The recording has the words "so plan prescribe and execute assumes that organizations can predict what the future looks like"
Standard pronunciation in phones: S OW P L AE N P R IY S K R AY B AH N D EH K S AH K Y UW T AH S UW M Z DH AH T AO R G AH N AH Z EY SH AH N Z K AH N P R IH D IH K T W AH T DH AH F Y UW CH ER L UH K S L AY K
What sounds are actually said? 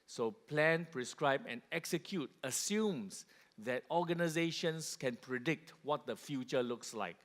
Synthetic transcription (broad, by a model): S OW P L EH N P R IY S K R AY B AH N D EH K S AH K Y UW T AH S UW M S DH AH T AO G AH N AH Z EY SH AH N S K AH N P R IH D IH K T W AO T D AH F Y UW CH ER L UH K S L AY K